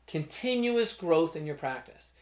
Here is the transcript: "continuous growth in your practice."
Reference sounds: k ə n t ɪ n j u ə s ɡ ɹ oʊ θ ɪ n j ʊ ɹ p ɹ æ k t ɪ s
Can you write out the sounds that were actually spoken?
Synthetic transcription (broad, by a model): k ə n t ɪ n j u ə s ɡ ɹ oʊ θ ɪ n j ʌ ɹ p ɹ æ k t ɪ s